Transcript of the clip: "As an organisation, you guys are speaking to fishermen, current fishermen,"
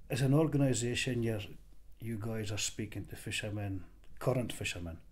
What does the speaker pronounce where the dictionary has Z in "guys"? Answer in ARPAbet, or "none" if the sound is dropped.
Z